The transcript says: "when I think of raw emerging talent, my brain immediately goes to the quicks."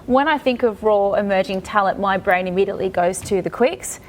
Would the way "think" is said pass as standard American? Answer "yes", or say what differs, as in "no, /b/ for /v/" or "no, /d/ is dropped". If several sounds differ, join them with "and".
yes